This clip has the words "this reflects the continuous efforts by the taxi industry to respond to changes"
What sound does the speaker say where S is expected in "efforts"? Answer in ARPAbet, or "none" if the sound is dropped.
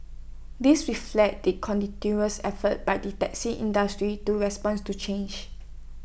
none